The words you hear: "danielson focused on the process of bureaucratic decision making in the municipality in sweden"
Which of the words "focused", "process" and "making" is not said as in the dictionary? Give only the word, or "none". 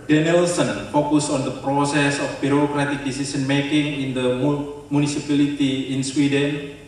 focused